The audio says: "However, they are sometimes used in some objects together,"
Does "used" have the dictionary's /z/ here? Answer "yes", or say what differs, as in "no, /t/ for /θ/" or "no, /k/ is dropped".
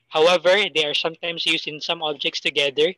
no, /s/ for /z/